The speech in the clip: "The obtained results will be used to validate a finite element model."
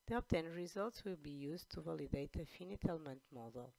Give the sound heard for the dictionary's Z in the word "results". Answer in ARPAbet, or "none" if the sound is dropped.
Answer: Z